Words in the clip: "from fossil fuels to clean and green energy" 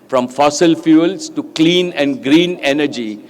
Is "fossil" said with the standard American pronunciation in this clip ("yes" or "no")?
yes